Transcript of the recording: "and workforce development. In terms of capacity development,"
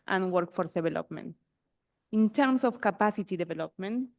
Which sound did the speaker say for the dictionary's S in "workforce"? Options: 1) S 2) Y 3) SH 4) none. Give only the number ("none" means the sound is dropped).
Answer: 4